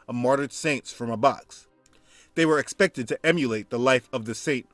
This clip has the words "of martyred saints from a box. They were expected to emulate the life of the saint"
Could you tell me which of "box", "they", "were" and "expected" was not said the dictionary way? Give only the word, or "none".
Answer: none